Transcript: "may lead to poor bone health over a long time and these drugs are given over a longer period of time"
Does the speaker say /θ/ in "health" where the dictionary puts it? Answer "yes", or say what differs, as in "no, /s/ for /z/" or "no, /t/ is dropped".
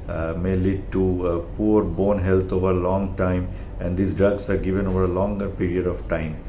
no, /t/ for /θ/